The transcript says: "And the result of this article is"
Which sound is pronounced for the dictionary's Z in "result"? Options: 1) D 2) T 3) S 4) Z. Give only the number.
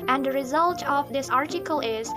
4